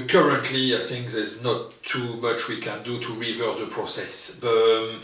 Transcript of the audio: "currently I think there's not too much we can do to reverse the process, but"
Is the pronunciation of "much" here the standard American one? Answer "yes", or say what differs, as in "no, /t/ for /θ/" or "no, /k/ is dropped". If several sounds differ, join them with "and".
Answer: yes